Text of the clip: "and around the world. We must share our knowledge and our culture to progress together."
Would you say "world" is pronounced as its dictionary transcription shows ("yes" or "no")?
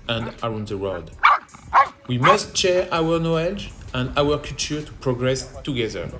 no